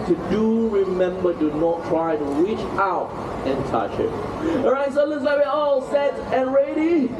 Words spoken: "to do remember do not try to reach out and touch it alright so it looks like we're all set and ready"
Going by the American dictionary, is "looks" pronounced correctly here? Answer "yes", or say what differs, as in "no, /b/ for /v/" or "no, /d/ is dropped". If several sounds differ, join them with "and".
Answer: no, /k/ is dropped